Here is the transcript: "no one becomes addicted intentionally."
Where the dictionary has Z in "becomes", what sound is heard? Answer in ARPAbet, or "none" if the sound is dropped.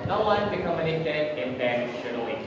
none